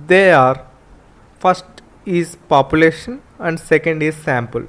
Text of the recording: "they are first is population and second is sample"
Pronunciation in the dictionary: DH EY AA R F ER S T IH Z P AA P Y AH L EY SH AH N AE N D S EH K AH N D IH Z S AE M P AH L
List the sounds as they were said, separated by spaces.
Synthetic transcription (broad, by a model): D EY AA R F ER S T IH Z P AA P Y AH L EY SH AH N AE N D S EH K AH N D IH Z S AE M P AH L